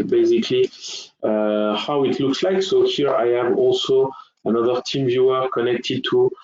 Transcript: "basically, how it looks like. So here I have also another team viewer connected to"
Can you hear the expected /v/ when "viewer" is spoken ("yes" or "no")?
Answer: yes